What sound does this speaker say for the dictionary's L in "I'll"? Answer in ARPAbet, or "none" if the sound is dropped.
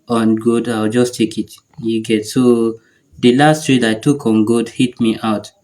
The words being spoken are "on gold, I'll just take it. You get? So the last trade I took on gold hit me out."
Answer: W